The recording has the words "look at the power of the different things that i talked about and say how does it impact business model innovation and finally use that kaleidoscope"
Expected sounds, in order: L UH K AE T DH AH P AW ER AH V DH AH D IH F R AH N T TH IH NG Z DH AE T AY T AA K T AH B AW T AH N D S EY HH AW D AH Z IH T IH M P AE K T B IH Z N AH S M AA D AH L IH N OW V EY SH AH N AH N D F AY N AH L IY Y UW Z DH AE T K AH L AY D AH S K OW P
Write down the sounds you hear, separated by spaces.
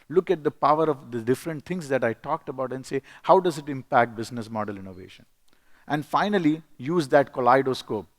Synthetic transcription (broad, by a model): L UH K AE T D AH P AW ER AH V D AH D IH F R AH N T T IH NG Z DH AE T AY T AA K T AH B AW T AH N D S EY HH AW D AH Z IH T IH M P AE K T B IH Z N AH S M AA D AH L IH N OW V EY SH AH N AH N D F AY N AH L IY Y UW Z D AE T K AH L AY D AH S K OW P